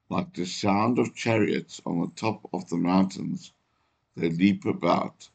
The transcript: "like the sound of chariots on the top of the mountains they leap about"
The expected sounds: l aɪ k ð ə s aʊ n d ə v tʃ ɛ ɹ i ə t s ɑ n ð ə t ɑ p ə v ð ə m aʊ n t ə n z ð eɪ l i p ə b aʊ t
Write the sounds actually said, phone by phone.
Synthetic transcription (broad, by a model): l aɪ k ð ə s aʊ n d ə v tʃ ɛ ɹ i ə t s n ð ə t ɑ p ə v ð ə m aʊ n t ə n z ð eɪ l i p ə b aʊ t